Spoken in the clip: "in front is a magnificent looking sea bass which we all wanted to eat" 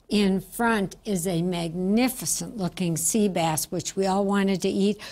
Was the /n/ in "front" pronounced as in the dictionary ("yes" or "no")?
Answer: yes